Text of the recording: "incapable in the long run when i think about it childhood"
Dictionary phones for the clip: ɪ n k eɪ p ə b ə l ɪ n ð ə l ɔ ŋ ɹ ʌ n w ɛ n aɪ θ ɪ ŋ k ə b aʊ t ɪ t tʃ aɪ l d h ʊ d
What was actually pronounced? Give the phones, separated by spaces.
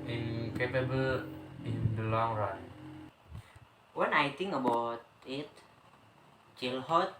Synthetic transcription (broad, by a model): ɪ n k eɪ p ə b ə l ɪ n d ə l ɔ ŋ ɹ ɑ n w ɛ n aɪ t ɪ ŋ ə b aʊ t ɪ t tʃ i l h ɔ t